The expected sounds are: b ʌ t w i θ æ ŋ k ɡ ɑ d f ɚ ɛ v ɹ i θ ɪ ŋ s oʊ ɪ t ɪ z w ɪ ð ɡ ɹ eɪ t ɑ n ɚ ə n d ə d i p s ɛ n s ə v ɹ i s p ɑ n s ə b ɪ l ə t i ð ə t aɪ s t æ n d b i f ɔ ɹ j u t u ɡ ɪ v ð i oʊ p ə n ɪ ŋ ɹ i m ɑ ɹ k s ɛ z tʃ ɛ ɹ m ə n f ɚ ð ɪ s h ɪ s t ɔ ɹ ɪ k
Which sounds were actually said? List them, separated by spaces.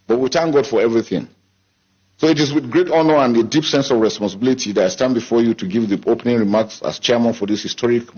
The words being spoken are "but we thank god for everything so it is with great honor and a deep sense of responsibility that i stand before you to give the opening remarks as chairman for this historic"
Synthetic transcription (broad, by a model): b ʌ t w i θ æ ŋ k ɡ ɑ d f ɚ ɛ v ɹ i θ ɪ ŋ s oʊ ɪ t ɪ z w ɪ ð ɡ ɹ eɪ t ɑ n ɚ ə n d ə d i p s ɛ n s ə v ɹ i s p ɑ n s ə b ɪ l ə t i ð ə t aɪ s t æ n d b i f ɔ ɹ j u t u ɡ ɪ v ð i oʊ p ə n ɪ ŋ ɹ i m ɑ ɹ k s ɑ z tʃ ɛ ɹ m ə n f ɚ ð ɪ s h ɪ s t ɔ ɹ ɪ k